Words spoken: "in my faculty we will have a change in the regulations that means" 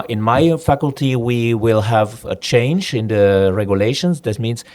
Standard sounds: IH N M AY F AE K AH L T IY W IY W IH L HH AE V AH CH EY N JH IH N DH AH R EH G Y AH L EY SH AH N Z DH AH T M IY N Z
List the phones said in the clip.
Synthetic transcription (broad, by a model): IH N M AY F AE K AH L T IY W IY W IH L HH AE V AH CH EY N JH IH N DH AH R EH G Y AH L EY SH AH N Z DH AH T M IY N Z